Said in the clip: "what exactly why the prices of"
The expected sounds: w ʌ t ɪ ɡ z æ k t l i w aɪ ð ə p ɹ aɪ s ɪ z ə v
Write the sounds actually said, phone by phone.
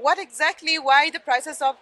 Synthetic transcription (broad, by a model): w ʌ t ɪ ɡ z æ k t l i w aɪ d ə p ɹ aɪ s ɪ s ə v